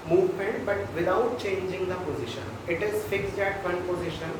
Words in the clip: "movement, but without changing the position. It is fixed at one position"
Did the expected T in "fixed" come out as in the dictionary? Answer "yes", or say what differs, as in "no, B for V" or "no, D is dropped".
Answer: no, T is dropped